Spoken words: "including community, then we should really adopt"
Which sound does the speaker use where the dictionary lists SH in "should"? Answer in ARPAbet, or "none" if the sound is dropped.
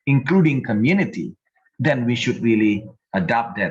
SH